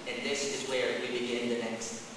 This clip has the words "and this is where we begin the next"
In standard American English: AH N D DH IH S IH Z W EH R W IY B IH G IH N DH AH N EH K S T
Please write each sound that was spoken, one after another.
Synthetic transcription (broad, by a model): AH N DH IH S IH Z W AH R W IY B IH G IH N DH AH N EH K S T